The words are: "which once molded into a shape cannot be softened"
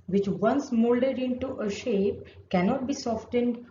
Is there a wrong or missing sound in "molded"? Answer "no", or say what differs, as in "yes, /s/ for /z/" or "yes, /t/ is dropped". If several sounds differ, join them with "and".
no